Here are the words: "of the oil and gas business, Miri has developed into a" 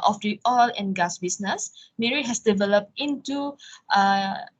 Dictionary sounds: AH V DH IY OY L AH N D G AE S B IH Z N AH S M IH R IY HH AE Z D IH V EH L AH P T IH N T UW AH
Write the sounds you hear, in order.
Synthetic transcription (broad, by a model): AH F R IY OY L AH N G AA S B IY S N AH S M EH R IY HH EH S D IH V EH L AH P T IH N T UW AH